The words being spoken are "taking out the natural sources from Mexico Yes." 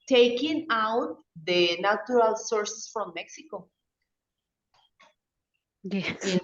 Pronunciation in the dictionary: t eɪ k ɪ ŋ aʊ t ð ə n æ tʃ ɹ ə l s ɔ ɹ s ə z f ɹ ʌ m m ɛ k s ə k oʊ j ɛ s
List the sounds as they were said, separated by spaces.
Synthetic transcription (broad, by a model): t eɪ k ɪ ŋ aʊ t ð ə n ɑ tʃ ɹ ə l s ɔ ɹ s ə s f ɹ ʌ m m ɛ k s ə k oʊ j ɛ